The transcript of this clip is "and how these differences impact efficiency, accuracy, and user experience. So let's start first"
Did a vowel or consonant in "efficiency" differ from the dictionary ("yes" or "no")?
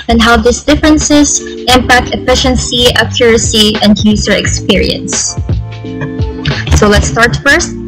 no